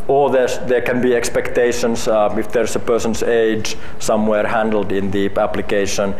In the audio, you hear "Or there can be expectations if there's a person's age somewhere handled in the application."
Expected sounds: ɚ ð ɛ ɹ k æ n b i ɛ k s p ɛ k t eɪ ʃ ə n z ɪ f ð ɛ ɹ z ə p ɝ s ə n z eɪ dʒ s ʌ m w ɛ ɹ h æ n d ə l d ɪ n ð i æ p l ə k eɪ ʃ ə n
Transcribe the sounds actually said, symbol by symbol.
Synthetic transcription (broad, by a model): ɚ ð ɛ ɹ k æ n b i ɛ k s p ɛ k t eɪ ʃ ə n s ɪ f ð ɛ ɹ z ə p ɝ s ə n s eɪ dʒ s ʌ m w ɛ ɹ h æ n d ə l d ɪ n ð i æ p l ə k eɪ ʃ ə n